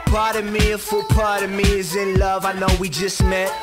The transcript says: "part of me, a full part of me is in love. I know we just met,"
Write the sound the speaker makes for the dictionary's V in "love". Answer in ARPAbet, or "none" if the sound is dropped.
V